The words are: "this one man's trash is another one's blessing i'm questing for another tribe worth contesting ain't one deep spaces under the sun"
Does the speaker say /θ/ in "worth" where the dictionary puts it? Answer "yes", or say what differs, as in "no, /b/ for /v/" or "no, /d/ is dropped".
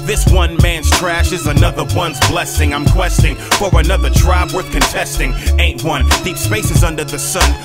yes